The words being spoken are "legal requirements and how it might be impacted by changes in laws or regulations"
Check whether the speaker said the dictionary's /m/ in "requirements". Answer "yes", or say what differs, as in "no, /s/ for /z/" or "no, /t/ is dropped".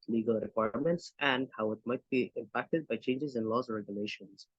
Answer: yes